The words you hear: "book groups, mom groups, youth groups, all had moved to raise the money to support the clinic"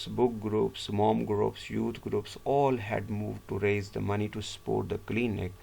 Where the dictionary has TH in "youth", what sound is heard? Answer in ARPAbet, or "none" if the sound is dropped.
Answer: T